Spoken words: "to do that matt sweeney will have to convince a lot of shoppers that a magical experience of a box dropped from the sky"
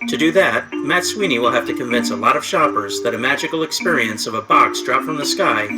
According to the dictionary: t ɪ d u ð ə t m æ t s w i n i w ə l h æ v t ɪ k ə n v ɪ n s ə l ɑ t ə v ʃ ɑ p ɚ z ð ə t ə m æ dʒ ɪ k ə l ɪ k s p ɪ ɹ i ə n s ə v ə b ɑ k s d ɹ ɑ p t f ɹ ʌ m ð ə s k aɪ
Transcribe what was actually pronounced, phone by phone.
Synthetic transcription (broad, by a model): t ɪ d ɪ ð ə t m æ t s w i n i w ə l h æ f t ɪ k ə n v ɪ n s ə l ɑ t ə v ʃ ɑ p ɚ z ð ə t ə m æ dʒ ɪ k l ɪ k s p ɪ ɹ i ə n s ə v ə b ɑ k s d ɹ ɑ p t f ɹ ʌ m ð ə s k aɪ